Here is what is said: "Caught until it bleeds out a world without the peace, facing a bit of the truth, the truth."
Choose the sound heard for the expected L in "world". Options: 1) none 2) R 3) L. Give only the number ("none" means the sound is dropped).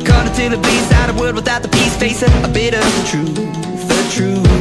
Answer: 1